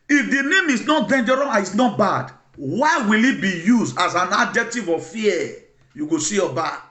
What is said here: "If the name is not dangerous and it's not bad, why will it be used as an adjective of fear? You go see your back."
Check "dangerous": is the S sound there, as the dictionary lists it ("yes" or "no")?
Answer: no